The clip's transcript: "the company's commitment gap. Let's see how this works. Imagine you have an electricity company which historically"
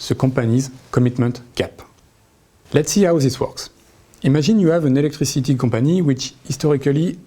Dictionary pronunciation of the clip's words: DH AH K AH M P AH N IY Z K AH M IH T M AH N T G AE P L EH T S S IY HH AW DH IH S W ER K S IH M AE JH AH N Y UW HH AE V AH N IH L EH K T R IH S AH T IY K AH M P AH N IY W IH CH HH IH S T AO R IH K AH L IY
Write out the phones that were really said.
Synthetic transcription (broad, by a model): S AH K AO P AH N IY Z K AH M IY T M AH N T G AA P L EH T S S IY HH AW DH IH S W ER K S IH M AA ZH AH N Y UW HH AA V AH N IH L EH K T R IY S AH T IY K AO P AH N IY W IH CH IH S T AO R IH K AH L IY